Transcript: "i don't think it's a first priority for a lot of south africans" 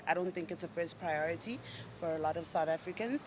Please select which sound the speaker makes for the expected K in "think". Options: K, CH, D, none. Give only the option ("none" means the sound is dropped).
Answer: K